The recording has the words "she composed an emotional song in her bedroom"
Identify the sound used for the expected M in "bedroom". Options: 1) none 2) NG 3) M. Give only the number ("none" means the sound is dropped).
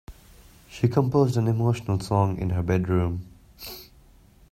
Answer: 3